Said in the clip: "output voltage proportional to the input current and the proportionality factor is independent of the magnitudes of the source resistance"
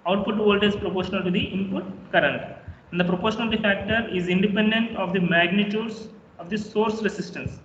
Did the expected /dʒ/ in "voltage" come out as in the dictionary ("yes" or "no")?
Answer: no